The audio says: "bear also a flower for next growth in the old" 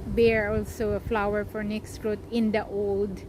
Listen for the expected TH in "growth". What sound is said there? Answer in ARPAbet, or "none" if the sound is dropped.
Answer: T